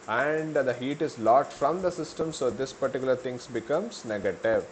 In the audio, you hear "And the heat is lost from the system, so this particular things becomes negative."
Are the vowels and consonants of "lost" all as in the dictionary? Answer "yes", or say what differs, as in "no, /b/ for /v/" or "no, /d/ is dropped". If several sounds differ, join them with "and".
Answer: no, /s/ is dropped